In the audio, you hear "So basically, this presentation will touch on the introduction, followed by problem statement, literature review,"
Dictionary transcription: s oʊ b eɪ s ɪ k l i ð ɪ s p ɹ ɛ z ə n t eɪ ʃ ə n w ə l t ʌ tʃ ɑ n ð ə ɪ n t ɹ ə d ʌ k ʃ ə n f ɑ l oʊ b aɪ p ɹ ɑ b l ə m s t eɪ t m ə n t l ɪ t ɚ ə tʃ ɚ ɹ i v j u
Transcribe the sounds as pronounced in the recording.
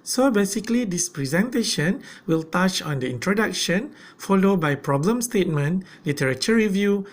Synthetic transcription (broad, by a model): s oʊ b eɪ s ɪ k l i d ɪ s p ɹ ɛ z ə n t eɪ ʃ ə n w ə l t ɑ tʃ ɑ n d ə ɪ n t ɹ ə d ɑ k ʃ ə n f ɑ l oʊ b aɪ p ɹ ɑ b l ə m s t eɪ t m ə n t l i t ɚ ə tʃ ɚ ɹ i v j u